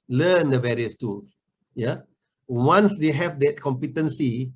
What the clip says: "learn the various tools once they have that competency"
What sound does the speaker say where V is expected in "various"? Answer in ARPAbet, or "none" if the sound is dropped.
V